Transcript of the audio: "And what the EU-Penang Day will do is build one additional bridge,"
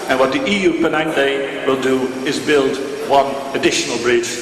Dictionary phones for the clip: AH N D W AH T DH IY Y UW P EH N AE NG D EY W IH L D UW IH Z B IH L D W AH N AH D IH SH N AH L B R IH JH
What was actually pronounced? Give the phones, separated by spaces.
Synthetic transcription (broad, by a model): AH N W AH T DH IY Y UW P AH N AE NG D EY W IH L D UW IH Z B IH L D W AH N AH D IH SH N AH L B R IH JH